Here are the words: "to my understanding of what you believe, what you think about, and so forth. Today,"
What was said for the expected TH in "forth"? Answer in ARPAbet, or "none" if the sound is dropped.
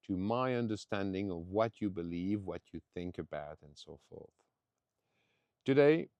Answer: TH